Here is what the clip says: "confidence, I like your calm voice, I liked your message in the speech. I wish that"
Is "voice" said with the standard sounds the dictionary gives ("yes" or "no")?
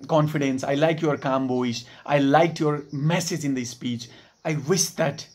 no